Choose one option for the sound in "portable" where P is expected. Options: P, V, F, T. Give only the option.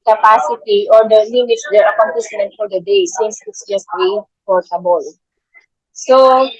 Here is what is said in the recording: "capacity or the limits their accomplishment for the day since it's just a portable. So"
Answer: F